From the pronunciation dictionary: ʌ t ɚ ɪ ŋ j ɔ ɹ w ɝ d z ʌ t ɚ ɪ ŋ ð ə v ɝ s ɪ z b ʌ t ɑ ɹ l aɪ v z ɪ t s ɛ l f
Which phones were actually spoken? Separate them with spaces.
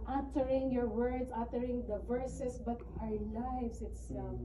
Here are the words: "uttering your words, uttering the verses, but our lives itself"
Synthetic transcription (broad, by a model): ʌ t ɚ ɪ ŋ j ɔ ɹ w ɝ d s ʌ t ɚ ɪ ŋ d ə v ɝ s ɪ s b ʌ t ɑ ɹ l aɪ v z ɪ t s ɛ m